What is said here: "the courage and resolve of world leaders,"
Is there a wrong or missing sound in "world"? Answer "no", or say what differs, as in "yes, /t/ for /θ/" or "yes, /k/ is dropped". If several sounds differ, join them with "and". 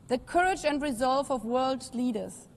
no